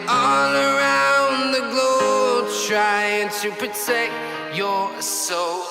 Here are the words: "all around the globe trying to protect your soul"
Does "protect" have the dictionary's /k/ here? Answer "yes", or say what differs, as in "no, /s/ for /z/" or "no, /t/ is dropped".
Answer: yes